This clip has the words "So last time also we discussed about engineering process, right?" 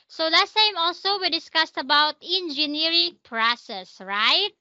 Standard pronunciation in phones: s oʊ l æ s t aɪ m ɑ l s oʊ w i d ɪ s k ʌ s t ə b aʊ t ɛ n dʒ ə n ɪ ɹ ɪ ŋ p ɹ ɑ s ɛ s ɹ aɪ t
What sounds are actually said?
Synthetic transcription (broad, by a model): s oʊ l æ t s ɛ m ɑ l s oʊ w i d ɪ s k ʌ s t ə b aʊ t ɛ n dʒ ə n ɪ ɹ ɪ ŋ p ɹ ɑ s ɛ s ɹ aɪ t